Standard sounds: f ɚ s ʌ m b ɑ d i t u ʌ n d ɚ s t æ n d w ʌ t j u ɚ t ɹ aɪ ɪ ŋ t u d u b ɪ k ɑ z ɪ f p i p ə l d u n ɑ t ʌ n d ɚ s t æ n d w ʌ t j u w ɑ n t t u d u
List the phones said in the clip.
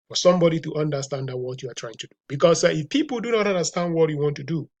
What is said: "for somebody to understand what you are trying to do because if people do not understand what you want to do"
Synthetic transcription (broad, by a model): f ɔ s ʌ m b ɑ d i t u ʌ n d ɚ s t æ n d w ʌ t j u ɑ t ɹ aɪ ɪ ŋ t u d u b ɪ k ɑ s ɪ f p i p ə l d u n ɑ t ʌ n d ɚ s t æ n d w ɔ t j u w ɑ n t t u d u